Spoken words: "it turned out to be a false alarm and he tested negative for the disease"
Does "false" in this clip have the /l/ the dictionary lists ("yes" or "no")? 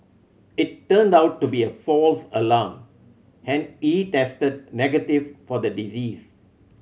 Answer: yes